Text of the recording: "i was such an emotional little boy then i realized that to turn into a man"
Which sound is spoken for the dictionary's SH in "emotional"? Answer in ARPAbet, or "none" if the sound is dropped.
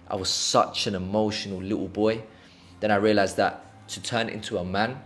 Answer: SH